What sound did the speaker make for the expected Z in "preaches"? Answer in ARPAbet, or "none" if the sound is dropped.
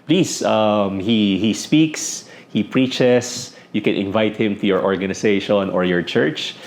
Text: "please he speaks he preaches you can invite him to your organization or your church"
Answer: S